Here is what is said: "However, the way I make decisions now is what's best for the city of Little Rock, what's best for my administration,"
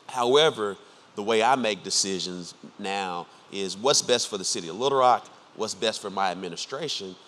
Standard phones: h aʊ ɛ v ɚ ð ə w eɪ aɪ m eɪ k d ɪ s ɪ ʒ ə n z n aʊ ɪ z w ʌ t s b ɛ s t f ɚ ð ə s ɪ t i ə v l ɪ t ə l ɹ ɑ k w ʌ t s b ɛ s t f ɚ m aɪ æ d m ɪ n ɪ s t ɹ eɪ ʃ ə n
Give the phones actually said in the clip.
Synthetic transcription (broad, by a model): h aʊ ɛ v ɚ ð ə w eɪ aɪ m eɪ k d ɪ s ɪ ʒ ə n z n aʊ ɪ z w ʌ t s b ɛ s t f ɚ ð ə s ɪ t i ə v l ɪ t ə ɹ ɑ k w ʌ t s b ɛ s t f ɚ m aɪ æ d m ɪ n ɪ s t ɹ eɪ ʃ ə n